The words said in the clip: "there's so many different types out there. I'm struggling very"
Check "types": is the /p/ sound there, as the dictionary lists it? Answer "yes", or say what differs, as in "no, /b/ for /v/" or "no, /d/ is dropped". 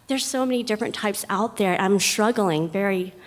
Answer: yes